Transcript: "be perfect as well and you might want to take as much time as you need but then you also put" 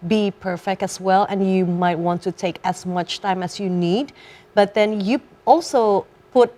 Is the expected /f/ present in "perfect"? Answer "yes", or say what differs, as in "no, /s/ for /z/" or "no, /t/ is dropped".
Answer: yes